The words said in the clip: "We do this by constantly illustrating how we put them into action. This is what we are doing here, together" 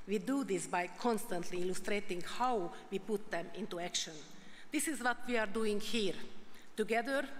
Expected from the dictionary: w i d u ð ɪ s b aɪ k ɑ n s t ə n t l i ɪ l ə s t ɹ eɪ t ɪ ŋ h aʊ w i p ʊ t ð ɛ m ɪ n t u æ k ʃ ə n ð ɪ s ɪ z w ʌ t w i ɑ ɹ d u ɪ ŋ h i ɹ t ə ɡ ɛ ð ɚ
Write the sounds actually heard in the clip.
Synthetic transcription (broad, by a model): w i d u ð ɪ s b aɪ k ɑ n s t ə n t l i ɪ l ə s t ɹ eɪ t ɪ ŋ h aʊ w i p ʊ t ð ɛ m ɪ n t u æ k ʃ ə n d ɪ s ɪ z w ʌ t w i ɑ ɹ d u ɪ ŋ h i ɹ t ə ɡ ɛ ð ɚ